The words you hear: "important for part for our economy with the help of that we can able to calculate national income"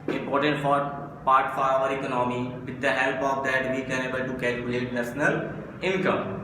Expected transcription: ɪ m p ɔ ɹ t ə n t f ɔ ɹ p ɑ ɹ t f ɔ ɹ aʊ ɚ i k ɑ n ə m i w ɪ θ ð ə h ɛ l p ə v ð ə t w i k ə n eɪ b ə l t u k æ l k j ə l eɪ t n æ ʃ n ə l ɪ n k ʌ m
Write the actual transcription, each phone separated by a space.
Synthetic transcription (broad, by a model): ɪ m p ɔ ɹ t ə n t f ɔ ɹ p ɑ ɹ t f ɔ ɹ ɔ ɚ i k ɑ n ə m i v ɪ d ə h ɛ l p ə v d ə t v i k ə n eɪ b ə l t u k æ l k j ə l eɪ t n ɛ s n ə l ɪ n k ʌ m